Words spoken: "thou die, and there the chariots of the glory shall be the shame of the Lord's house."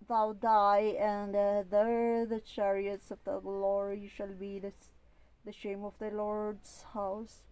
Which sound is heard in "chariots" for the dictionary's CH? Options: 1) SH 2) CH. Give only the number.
2